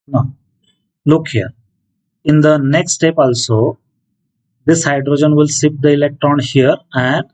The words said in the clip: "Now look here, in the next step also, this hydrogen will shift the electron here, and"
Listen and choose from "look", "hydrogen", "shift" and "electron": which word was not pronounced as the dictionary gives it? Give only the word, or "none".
shift